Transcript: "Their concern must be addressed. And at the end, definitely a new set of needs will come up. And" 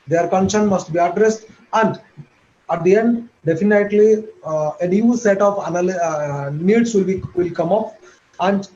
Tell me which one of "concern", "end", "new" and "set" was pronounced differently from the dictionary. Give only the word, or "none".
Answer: concern